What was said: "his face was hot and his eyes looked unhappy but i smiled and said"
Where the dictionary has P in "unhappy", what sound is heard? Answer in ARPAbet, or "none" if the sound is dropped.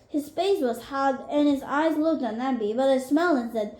B